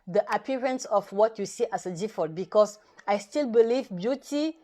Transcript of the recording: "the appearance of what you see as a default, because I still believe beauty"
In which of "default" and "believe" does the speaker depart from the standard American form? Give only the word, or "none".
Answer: default